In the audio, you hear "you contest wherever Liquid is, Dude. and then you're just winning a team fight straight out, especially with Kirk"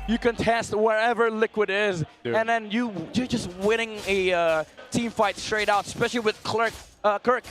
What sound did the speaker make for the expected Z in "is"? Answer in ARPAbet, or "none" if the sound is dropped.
Z